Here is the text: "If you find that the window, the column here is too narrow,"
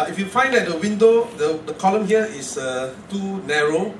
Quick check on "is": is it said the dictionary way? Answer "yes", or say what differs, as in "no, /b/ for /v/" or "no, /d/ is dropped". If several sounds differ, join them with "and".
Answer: no, /s/ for /z/